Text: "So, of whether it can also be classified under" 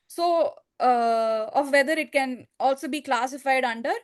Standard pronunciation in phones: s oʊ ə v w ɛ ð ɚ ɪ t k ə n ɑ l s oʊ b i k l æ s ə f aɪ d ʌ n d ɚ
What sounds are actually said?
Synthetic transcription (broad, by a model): s oʊ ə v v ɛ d ɚ ɪ t k ə n ɑ l s oʊ b i k l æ s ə f aɪ d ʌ n d ɚ